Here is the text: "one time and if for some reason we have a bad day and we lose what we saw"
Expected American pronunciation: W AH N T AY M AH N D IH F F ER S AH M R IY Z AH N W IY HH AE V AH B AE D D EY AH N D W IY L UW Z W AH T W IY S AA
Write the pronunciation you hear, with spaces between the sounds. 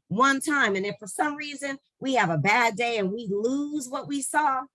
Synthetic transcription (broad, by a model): W AH N T AY M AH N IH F F ER S AH M R IY Z AH N W IY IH V AH B AE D D EY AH N W IY L UW Z W AH T W IY S AA